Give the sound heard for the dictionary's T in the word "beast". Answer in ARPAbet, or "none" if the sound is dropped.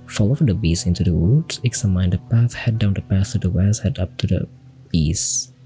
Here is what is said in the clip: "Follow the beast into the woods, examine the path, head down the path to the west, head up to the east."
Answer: none